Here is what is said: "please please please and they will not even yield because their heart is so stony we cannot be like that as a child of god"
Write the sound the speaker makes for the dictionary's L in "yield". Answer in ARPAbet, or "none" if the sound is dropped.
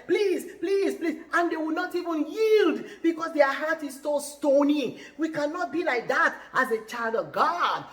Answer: L